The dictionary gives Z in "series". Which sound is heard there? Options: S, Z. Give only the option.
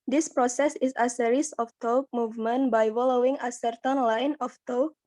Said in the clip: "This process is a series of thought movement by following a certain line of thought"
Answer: S